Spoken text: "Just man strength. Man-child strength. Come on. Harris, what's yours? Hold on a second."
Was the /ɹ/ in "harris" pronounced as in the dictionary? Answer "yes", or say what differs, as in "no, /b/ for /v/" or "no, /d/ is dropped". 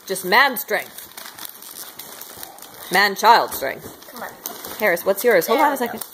yes